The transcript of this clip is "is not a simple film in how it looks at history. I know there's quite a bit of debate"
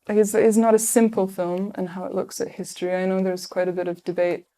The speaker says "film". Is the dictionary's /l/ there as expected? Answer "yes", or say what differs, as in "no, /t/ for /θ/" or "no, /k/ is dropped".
yes